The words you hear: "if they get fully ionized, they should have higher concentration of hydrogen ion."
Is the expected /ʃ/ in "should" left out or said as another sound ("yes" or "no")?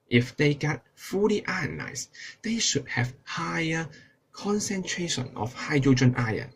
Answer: no